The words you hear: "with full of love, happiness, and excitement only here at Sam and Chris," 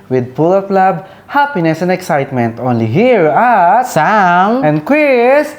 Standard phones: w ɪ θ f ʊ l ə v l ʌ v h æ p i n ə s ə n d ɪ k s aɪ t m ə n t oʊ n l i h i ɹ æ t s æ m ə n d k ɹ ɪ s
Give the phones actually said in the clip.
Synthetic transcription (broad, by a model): w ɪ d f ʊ l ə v l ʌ b h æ p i n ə s ə n d ɪ k s aɪ t m ə n t oʊ n l i h i ɹ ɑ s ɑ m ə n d k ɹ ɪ s